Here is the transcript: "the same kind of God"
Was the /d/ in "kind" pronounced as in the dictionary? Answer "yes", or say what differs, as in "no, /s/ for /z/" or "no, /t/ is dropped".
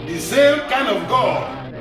no, /d/ is dropped